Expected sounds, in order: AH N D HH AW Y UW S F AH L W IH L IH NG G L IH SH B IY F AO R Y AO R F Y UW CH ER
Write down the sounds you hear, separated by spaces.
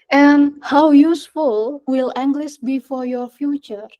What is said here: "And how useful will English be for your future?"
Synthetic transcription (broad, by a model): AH N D HH AW Y UW S F AH L W IH L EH NG G L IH S B IY F AO R Y AO R F Y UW CH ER